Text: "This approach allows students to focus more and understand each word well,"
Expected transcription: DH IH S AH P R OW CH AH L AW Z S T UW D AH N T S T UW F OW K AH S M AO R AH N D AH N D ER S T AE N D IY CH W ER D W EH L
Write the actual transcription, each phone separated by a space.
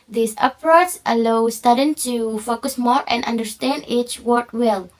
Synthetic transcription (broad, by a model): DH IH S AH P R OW S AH L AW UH S T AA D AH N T T UW F OW K AH S M AO R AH N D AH N D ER S T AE N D IY CH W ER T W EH L